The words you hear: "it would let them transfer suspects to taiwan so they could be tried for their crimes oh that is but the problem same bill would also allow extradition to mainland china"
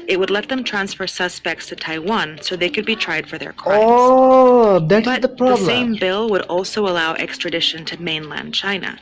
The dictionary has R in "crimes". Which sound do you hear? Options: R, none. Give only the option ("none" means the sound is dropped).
none